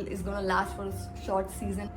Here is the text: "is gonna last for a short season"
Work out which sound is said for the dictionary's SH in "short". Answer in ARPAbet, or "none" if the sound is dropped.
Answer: SH